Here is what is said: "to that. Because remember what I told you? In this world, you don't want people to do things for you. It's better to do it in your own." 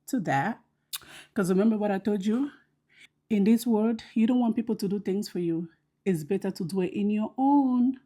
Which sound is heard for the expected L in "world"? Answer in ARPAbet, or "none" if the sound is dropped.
none